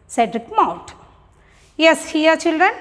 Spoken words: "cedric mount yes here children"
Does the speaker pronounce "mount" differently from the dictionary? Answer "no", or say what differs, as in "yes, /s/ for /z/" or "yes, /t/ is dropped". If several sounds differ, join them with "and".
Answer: yes, /n/ is dropped